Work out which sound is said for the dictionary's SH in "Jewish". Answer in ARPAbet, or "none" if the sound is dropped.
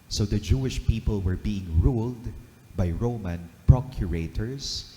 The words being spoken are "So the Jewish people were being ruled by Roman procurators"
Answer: SH